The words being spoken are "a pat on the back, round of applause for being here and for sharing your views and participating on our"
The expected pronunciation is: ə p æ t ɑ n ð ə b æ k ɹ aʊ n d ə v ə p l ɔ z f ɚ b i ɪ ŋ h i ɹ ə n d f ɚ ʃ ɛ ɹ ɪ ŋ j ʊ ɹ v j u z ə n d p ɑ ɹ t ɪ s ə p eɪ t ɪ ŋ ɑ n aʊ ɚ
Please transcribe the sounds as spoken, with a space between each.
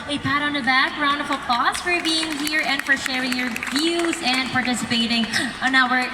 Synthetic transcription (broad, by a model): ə p æ t n ð ə b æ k ɹ aʊ n d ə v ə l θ ɔ s f ɚ b i ɪ ŋ h i ɹ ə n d f ɚ ʃ ɛ ɹ ɪ ŋ j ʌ ɹ v j u z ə n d p ɑ ɹ t ɪ s ə p eɪ t ɪ ŋ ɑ n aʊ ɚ